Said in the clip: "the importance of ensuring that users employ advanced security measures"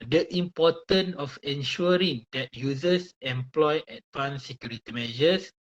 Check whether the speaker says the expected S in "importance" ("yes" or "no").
no